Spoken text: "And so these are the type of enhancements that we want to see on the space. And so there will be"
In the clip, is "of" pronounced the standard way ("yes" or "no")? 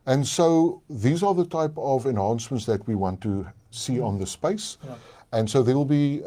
yes